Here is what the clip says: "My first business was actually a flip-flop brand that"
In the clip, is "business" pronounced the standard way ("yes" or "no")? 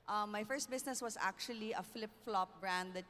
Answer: no